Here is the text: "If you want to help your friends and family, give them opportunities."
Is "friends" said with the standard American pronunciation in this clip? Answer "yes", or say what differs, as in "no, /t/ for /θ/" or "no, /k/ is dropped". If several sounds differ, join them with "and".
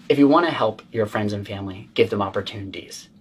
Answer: yes